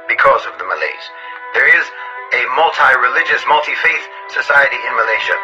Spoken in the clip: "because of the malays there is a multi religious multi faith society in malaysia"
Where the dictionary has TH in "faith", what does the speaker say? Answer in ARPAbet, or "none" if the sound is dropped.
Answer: TH